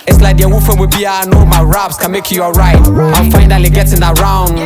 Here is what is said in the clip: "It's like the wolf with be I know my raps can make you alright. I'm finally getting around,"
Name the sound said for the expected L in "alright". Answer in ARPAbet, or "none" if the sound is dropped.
none